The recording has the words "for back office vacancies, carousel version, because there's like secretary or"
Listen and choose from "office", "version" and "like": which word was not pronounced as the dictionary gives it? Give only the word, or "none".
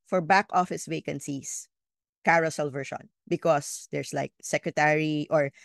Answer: version